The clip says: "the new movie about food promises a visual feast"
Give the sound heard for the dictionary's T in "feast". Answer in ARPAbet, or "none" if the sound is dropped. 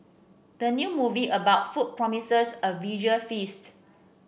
T